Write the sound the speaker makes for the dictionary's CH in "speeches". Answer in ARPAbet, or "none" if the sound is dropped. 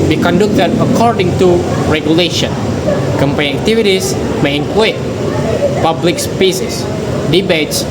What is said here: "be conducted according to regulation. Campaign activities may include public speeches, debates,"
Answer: S